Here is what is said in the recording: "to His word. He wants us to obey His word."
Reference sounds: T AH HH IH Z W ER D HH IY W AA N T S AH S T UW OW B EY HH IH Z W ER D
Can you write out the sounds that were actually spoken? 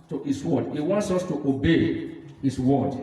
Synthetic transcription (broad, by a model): T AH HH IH S W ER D HH IY W AA N T S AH S T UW OW B EY HH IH S W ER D